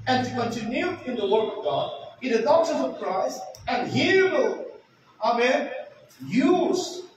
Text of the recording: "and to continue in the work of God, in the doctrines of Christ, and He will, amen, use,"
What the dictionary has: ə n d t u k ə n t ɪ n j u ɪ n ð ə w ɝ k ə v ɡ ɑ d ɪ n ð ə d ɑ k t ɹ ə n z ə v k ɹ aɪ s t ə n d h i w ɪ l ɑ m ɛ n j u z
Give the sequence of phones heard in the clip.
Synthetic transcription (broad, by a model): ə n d t u k ə n t ɪ n j u ɪ n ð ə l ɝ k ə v ɡ ɑ d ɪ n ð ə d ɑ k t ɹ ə z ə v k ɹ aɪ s ə n d h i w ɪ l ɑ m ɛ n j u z